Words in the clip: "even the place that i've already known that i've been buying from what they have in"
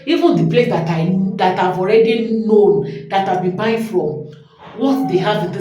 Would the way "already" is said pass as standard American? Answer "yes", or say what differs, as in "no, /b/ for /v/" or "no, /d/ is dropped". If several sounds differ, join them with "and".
yes